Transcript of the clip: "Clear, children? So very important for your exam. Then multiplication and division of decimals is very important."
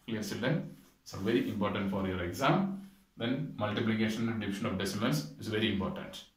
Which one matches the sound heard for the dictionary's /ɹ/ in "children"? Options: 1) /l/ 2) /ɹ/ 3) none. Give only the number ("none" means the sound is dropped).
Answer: 3